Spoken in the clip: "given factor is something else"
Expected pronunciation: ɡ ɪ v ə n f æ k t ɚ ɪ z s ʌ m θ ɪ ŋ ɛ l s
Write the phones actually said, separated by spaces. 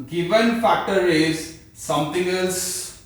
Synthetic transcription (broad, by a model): ɡ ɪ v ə n f æ k t ɚ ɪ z s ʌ m t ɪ ŋ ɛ l s